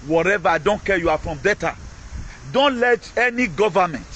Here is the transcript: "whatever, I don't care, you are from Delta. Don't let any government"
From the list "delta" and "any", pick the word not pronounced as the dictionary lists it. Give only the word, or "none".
delta